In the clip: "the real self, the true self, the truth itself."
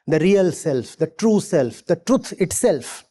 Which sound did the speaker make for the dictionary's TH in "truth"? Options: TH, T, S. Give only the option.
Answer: T